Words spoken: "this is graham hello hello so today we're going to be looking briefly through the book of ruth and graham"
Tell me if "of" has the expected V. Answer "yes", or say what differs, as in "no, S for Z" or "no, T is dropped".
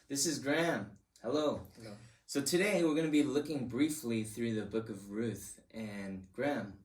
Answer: yes